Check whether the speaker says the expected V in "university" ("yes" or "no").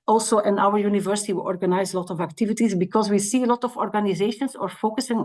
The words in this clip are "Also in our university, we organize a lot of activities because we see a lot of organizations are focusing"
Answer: yes